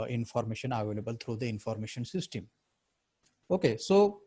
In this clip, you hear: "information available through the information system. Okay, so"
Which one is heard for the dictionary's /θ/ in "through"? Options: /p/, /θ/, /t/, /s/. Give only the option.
/t/